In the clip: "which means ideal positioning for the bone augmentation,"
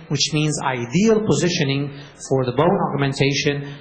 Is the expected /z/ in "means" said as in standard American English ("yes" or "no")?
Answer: yes